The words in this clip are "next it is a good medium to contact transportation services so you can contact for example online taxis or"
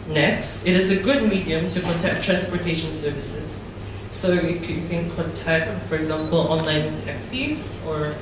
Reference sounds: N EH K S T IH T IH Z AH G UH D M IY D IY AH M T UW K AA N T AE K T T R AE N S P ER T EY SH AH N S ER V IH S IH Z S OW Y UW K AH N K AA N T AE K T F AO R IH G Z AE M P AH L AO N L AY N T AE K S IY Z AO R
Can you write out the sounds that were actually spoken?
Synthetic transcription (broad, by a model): N EH K S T IH T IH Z AH G UH D M IY D IY AH M T UW K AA N T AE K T T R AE N S P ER T EY SH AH N S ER V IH S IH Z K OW Y UW K AH N K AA N T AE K T F AO R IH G Z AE M P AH L AO N L AY N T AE K S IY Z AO R